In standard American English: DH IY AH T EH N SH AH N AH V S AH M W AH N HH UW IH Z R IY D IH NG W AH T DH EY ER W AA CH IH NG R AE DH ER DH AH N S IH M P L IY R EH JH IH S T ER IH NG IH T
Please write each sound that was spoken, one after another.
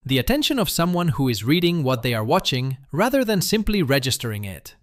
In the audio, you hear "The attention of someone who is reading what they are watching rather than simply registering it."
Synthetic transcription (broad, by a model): DH IY AH T EH N SH AH N AH V S AH M W AH N HH UW IH Z R IY D IH NG W AH T DH EY ER W AA CH IH NG R AE DH ER DH AH N S IH M P L IY R EH JH IH S T ER IH NG IH T